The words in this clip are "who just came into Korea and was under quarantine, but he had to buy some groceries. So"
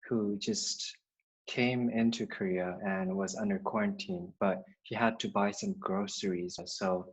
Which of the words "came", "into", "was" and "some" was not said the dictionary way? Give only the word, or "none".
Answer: none